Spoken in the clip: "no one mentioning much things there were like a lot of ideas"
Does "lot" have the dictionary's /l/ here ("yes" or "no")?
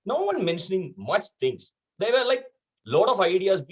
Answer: yes